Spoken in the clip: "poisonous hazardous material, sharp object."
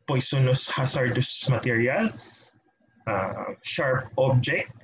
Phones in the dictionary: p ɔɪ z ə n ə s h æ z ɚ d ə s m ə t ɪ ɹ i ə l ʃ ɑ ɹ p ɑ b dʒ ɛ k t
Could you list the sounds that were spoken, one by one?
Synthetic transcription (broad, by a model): p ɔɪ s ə n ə s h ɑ s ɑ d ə s m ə t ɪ ɹ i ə l ʃ ɑ ɹ p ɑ b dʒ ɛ k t